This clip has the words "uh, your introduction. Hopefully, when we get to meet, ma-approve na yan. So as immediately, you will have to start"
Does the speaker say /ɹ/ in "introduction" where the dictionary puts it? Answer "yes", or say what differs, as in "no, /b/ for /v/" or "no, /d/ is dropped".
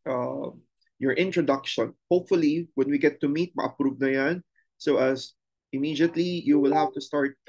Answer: yes